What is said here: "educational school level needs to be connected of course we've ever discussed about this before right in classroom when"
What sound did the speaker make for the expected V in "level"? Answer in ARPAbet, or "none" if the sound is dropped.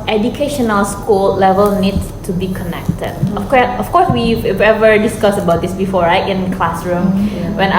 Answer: V